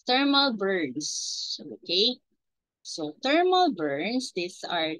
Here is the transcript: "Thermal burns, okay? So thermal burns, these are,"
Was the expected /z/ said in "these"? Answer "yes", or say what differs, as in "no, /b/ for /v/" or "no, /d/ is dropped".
no, /s/ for /z/